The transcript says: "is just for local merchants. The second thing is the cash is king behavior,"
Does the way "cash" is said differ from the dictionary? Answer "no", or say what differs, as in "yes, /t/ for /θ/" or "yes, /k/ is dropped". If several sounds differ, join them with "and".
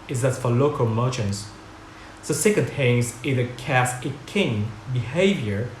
yes, /s/ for /ʃ/